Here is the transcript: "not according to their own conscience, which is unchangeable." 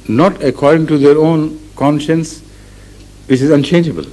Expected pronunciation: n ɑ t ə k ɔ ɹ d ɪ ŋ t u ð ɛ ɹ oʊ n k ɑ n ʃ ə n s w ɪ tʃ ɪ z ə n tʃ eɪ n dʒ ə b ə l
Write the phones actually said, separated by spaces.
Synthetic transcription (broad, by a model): n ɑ t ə k ɔ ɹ d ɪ ŋ t u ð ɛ ɹ oʊ n k ɑ n ʃ ə n s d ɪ s ɪ z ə n tʃ eɪ n dʒ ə b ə l